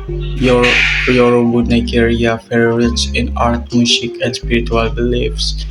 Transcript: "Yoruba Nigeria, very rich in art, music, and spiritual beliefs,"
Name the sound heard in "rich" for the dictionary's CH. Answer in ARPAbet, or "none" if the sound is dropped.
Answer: S